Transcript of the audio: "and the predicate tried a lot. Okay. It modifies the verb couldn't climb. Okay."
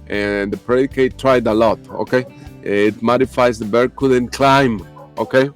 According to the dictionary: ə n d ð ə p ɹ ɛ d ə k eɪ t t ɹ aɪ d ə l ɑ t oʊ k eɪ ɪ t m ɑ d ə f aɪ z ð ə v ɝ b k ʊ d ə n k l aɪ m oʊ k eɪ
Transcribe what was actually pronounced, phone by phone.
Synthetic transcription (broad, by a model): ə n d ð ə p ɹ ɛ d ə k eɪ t t ɹ aɪ d ə l ɑ t oʊ k eɪ ɪ t m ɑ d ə f aɪ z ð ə b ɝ k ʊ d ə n k l aɪ m oʊ k eɪ